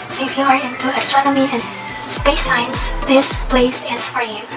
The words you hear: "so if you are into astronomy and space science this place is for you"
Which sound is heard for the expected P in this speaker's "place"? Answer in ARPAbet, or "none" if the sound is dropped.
P